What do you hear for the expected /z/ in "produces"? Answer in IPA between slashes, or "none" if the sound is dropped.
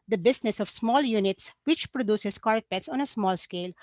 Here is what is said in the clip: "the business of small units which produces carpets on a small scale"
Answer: /s/